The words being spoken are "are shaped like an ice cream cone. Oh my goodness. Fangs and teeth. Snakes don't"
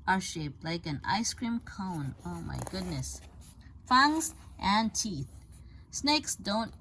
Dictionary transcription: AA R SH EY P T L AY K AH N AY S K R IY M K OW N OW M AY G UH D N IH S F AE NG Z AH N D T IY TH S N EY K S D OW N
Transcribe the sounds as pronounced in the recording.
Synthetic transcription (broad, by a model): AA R SH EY P L AY K AH N AY S K R IY M K OW N OW M AY G UH D N IH S F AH NG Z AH N T IY TH S N EY K S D OW N